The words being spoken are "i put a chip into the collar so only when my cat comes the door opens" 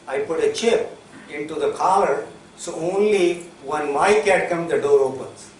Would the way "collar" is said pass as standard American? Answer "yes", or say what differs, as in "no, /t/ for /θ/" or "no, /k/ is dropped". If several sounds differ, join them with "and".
no, /l/ is dropped